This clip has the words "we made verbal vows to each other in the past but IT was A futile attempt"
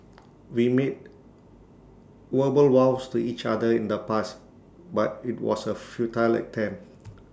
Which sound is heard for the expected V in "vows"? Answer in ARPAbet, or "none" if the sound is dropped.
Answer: W